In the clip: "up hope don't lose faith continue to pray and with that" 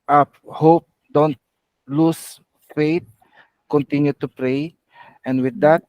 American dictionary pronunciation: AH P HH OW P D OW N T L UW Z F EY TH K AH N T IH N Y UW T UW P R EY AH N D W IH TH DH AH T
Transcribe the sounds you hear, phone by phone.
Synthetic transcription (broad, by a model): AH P HH OW P D OW N T L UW S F EY T K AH N T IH N Y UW T UW P R EY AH N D W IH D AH T